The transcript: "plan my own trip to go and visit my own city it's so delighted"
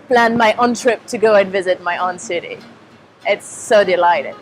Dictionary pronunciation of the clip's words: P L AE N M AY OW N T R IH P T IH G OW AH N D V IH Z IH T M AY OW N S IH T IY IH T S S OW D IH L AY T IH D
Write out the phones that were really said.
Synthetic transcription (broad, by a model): P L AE N M AY OW N T R IH P T IH G OW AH N V IH Z IH T M AY OW N S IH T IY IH T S S OW D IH L AY T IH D